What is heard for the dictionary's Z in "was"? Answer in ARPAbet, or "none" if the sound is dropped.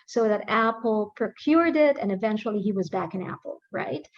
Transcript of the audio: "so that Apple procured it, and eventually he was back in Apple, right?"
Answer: Z